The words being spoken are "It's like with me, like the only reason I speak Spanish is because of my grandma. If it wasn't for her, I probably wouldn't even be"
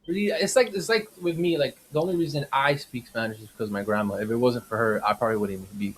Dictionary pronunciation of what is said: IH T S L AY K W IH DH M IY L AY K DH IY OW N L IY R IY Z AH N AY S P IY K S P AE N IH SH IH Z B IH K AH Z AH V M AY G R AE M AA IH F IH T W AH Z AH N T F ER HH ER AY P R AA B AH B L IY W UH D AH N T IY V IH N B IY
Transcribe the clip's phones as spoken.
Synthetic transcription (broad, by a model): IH T S L AY K W IH DH M IY L AY K DH IY OW N L IY R IY Z AH N AY S P IY K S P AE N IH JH IH Z B IH K AH Z AH V M AY G R AE M AA IH F IH T W AH Z AH N T F ER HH ER AY P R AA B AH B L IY W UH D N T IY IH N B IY